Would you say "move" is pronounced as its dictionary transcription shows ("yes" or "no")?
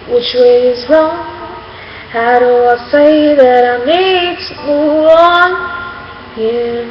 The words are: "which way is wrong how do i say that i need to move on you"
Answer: no